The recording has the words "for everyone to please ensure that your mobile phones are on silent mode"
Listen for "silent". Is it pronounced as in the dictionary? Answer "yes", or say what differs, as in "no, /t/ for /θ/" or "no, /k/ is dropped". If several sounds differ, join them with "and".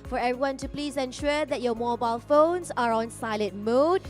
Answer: no, /n/ is dropped